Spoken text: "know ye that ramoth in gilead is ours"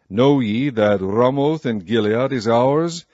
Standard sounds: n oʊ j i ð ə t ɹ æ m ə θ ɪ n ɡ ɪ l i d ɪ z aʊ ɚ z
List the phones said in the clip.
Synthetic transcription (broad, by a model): n oʊ j i ð ə t ɹ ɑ m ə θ ɪ n ɡ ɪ l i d ɪ z aʊ ɚ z